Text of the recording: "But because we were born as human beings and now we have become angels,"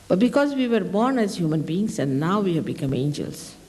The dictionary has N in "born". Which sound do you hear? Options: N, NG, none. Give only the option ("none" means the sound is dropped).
N